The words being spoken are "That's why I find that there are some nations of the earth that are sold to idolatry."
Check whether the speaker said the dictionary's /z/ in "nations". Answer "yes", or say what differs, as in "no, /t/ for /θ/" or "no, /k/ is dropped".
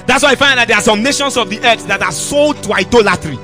no, /s/ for /z/